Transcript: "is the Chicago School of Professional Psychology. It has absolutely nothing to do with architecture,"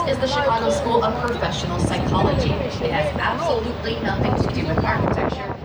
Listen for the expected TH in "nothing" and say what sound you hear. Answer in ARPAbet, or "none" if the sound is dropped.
TH